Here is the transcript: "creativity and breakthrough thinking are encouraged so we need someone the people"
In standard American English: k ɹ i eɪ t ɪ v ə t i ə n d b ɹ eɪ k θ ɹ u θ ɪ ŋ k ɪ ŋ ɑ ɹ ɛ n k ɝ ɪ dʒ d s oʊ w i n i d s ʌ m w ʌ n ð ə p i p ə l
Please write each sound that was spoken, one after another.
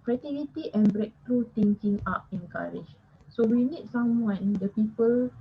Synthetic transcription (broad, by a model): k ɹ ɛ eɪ t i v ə t i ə n b ɹ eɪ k t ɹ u t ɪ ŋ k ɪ ŋ ɑ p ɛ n k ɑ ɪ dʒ s oʊ w i n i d s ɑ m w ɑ n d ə p i p ə l